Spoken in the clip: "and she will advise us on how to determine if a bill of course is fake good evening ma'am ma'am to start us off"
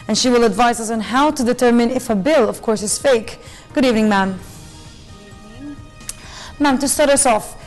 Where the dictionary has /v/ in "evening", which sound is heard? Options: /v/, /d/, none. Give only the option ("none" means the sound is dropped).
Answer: /v/